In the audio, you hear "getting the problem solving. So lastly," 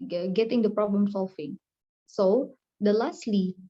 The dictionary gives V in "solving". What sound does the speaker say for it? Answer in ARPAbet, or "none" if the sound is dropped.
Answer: F